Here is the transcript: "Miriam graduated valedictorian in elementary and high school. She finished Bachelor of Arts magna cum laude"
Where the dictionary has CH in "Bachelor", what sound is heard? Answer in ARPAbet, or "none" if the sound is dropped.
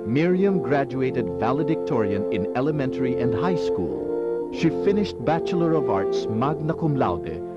CH